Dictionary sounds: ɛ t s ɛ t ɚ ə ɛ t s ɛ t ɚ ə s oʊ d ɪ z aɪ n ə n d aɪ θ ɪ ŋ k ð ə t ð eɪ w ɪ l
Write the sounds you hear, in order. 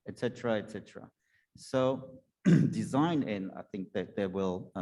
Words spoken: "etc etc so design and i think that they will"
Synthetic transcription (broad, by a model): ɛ t s ɛ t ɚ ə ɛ t s ɛ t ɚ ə s oʊ d ɪ z aɪ n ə n aɪ θ ɪ ŋ k ð ə t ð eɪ w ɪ l